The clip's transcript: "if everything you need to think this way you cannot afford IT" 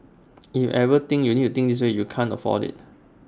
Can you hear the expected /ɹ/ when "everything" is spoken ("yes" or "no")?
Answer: no